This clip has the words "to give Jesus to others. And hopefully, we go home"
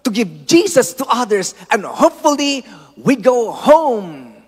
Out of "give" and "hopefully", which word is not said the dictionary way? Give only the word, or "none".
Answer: none